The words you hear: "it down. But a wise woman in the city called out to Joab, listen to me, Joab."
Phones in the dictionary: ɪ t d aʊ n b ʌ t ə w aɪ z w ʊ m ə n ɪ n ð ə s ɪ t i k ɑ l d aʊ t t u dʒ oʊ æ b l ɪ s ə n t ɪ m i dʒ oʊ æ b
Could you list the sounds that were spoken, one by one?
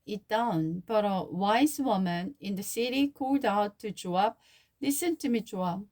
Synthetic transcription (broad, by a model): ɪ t d aʊ n b ʌ t ə w aɪ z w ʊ m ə n ɪ n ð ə s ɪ t i k ɑ l d aʊ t t u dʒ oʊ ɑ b l ɪ s ə n t ɪ m i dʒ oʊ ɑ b